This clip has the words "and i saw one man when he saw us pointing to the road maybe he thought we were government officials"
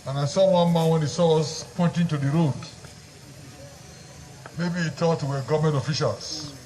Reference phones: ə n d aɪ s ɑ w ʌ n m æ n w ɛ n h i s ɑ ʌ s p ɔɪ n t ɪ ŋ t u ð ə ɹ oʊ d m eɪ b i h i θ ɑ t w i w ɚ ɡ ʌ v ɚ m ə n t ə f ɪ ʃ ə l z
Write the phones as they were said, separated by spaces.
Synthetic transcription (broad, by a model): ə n aɪ s ɑ w ʌ n m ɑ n w ɛ n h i s ɑ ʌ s p ɔɪ n t ɪ ŋ t u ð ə ɹ oʊ d m eɪ b i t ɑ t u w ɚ ɡ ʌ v m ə n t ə f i ʃ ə l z